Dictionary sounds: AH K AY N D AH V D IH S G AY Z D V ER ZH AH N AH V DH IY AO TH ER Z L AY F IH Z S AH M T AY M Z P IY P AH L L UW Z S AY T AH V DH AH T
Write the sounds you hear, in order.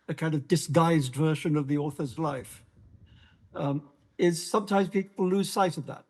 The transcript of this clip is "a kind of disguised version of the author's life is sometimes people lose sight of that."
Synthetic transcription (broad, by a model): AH K AY N D AH V D IH S G AY Z D V ER SH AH N AH V DH IY AO TH ER Z L AY F IH Z S AH M T AY M Z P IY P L L UW Z S AY T AH V DH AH T